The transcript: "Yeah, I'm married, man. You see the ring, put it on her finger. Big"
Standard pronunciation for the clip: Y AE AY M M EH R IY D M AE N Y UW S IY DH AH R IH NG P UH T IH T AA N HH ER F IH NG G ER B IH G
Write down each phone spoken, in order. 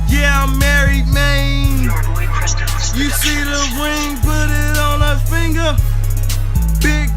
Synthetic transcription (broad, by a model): Y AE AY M M EH R IY D M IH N Y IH S IY DH AH W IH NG P UH T IH T N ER F IH NG G ER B IH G